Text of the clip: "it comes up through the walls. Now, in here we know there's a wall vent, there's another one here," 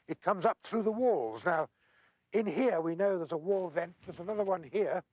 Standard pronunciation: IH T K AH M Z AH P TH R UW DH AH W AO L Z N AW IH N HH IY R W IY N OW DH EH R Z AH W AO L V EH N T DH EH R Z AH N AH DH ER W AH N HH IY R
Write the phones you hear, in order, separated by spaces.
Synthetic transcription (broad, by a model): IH T K AH M Z AH P TH R UW DH AH W AO L Z N AW IH N HH IY R W IY N OW DH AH R Z AH W AO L V EH N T DH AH R Z AH N AH DH ER W AH N HH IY R